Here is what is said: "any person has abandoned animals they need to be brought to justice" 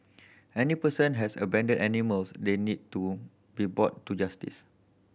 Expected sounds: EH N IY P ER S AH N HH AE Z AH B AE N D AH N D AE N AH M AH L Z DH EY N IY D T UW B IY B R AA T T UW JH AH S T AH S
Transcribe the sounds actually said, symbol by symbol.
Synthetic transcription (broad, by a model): EH N IY P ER S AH N HH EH S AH B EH N D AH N EH N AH M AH L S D EY N IY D T UW B IY B AA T T UW JH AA S T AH S